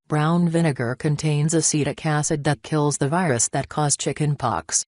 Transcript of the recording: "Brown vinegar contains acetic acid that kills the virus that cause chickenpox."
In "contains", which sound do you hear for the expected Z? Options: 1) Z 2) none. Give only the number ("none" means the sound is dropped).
1